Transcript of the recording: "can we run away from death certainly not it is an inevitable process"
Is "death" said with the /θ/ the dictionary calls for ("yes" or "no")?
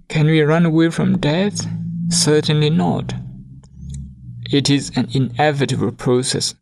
yes